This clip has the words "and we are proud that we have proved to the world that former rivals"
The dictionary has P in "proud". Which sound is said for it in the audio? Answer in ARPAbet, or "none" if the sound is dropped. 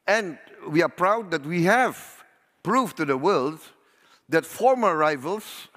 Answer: P